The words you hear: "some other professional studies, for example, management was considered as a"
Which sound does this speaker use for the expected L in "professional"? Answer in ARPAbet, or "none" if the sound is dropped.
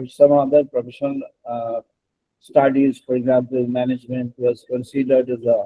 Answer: N